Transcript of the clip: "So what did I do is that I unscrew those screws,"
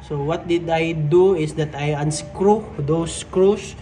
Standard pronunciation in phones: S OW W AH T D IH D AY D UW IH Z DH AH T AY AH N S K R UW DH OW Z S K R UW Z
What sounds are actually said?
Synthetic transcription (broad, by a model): S OW W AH T D IH D AY D UW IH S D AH T AY AH N S K R UW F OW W S K R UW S